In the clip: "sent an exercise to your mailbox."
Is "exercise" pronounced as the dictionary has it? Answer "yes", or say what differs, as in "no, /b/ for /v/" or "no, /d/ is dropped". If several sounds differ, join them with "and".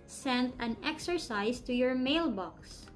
no, /s/ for /z/